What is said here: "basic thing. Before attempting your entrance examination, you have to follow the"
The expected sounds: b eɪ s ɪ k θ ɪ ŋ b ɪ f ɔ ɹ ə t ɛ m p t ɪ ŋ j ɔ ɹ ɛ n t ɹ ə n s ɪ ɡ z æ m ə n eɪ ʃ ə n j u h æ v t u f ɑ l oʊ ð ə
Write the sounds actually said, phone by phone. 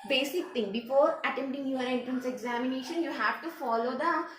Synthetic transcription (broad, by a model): b eɪ s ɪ k t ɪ ŋ b ɪ f ɔ ɹ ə t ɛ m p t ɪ ŋ j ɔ ɹ ɛ n t ɹ ə n s ɪ ɡ z æ m ə n eɪ ʃ ə n j u h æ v t u f ɑ l oʊ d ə